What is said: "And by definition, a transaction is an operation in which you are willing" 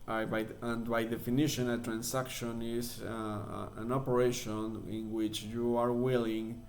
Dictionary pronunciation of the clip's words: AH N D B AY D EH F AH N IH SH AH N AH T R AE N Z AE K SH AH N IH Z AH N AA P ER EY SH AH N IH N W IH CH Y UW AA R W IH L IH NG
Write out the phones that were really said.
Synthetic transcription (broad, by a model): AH N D B AY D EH F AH N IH SH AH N AH T R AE N S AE K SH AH N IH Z AH N AA P ER EY SH AH N IH N W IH CH Y UW AA R W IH L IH NG